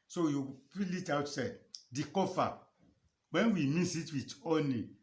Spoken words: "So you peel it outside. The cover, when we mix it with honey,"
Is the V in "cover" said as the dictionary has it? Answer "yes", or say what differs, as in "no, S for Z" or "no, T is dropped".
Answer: no, F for V